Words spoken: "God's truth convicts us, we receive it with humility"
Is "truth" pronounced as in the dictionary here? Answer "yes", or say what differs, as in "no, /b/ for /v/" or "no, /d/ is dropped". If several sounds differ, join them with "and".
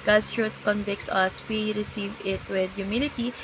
no, /t/ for /θ/